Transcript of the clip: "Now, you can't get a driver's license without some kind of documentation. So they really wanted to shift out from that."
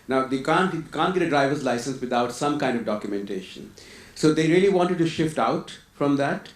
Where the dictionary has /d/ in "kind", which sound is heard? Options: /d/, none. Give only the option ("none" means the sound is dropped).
/d/